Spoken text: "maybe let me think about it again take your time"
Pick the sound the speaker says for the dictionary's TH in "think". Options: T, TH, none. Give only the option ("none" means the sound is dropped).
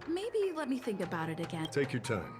TH